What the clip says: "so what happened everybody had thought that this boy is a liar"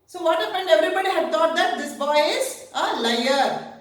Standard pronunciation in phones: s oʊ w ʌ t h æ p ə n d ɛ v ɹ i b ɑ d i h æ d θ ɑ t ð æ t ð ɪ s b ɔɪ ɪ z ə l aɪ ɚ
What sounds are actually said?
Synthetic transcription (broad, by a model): s oʊ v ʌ t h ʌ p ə n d ɛ v ɹ i b ɑ d i h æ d t ɑ t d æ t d ɪ s b ɔɪ ɪ z ə l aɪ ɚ